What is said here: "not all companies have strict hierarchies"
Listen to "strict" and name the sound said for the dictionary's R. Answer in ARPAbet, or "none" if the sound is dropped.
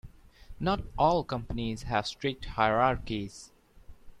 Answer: R